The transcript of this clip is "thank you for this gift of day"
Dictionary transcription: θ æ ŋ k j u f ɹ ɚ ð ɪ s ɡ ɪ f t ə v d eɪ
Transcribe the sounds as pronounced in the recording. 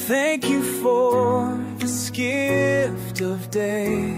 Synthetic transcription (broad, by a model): θ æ ŋ k j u f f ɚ ð ɪ s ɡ ɪ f t ə v d eɪ